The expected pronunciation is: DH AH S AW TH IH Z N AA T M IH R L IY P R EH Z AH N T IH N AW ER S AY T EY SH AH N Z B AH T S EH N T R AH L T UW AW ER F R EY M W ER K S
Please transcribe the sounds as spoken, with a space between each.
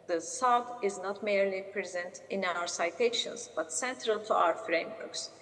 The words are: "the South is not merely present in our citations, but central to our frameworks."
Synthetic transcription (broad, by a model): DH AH S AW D IH Z N AA T M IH R L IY P R EH Z AH N T IH N AW ER S AY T EY SH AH N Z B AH T S EH N T R AH L T UW AW ER F R EY M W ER K S